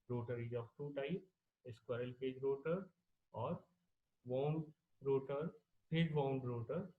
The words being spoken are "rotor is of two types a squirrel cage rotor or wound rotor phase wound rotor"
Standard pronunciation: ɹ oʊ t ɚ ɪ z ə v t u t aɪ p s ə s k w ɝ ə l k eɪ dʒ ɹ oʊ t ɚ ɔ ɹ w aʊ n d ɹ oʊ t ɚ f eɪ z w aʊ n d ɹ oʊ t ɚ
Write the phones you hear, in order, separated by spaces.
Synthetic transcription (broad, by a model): ɹ oʊ t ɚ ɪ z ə f t u t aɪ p ə s k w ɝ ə l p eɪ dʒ ɹ oʊ t ɚ ɔ ɹ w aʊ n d ɹ oʊ t ɚ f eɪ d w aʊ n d ɹ oʊ t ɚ